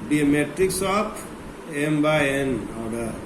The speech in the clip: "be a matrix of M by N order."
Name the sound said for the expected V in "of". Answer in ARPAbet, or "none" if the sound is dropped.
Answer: P